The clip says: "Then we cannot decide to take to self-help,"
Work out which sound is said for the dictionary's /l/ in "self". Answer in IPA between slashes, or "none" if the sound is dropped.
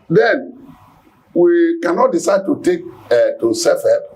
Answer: none